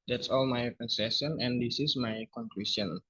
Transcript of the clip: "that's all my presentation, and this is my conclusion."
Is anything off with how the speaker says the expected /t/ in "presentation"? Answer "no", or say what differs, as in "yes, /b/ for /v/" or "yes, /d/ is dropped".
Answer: yes, /s/ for /t/